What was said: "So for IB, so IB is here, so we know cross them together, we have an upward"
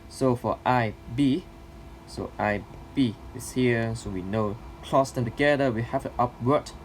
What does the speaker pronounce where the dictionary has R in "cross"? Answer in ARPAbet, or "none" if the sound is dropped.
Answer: L